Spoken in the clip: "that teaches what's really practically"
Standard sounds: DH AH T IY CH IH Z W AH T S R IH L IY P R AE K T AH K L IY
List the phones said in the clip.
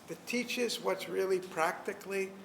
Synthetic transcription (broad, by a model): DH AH T IY CH IH Z W AH T S R IH L IY P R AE K T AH K L IY